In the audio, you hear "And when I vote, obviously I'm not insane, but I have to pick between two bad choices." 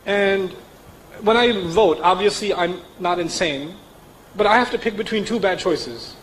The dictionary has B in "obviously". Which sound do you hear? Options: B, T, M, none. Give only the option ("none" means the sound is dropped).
B